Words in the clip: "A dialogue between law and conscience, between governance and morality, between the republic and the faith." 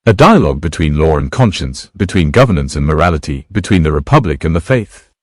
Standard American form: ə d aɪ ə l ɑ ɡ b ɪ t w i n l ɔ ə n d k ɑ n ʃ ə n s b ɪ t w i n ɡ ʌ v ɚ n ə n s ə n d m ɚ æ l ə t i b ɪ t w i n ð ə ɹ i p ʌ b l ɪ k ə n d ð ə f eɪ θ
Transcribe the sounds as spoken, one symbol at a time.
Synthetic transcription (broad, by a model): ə d aɪ ə l ɑ ɡ b ɪ t w i n l ɔ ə n k ɑ n ʃ ə n s b ɪ t w i n ɡ ʌ v ɚ n ə n s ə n m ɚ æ l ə t i b ɪ t w i n ð ə ɹ i p ʌ b l ɪ k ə n ð ə f eɪ θ